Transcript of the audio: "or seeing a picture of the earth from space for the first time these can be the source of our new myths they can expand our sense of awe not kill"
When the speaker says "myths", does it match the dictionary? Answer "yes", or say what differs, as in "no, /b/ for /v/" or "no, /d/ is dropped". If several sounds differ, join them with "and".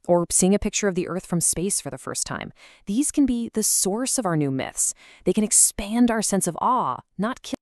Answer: yes